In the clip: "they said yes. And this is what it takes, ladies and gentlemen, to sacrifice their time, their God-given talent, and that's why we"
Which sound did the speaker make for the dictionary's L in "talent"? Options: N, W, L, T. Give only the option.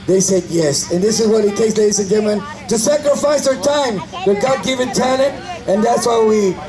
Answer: N